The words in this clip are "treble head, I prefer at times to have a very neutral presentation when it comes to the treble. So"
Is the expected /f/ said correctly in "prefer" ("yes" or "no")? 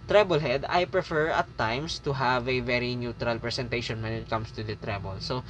yes